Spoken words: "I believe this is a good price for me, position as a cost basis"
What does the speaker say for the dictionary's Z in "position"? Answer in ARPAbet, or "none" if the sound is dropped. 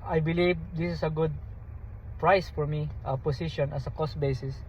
S